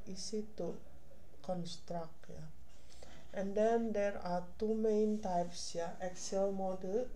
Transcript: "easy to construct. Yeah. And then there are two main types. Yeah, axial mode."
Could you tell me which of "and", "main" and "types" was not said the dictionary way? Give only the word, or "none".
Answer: none